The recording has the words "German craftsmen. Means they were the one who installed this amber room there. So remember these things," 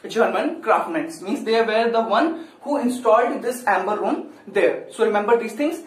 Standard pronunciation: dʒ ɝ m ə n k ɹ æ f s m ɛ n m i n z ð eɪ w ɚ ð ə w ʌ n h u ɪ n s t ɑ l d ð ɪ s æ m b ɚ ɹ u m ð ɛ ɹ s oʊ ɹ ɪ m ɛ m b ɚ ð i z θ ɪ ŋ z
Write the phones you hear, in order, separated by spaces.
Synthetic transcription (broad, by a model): dʒ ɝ m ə n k ɹ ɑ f m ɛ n m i n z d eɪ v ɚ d ə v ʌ n h u ɪ n s t ɑ l d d ɪ s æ m b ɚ ɹ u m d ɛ ɹ s oʊ ɹ ɪ m ɛ m b ɚ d i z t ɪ ŋ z